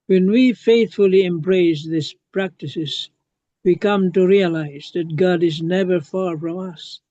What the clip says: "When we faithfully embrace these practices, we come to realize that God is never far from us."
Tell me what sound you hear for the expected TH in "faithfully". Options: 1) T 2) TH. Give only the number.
2